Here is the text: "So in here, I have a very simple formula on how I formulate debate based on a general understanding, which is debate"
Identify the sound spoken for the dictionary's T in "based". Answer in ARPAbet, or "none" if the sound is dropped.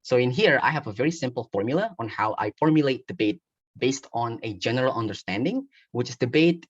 T